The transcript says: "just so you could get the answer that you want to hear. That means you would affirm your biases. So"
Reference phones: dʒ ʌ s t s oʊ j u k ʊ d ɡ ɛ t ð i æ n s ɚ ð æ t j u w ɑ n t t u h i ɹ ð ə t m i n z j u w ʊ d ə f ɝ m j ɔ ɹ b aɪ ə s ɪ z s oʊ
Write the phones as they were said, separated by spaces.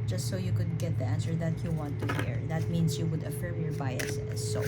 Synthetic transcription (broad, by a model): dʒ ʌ s t s oʊ j u k ʊ d ɡ ɛ t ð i æ n s ɚ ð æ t j u w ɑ n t t u h i ɹ ð ə t m i n s j u w ʊ d ə f ɝ m j ɔ ɹ b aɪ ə ɪ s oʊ